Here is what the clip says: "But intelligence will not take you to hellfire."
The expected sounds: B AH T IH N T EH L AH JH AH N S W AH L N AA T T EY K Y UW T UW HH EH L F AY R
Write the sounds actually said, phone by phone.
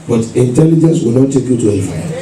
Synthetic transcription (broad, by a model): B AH T IH N T EH L AH JH AH N S W AH L N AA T T EY K Y UW T UW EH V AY